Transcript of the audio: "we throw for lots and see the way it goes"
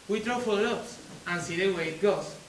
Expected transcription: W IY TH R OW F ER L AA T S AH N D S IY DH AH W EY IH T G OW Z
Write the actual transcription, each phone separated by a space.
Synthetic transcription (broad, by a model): W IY T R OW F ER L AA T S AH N S IY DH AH W EY IH T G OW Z